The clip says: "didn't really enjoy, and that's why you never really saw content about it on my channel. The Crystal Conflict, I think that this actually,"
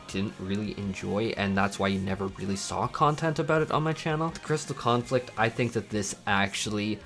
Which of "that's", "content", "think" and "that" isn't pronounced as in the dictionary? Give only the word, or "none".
none